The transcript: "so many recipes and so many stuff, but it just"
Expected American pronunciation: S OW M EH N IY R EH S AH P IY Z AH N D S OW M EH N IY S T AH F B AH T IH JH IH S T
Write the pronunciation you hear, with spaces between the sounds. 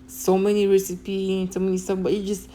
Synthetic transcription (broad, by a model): S OW M EH N IY R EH S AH P IY AH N S OW M EH N IY S T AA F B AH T IH JH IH S